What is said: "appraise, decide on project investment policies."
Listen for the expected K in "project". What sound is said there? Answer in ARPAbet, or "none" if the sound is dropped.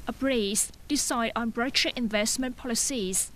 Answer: none